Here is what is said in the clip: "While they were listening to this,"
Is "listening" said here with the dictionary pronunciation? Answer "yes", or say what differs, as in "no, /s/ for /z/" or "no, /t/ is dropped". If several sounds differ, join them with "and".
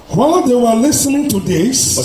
yes